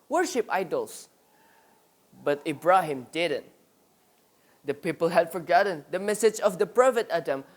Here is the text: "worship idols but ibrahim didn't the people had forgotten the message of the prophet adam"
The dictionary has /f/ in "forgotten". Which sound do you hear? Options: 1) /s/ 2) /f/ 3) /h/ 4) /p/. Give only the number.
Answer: 2